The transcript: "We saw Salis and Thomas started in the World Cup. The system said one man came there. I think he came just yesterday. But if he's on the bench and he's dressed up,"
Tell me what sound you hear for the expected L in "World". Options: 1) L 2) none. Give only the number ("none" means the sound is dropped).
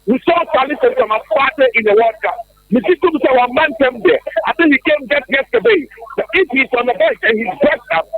2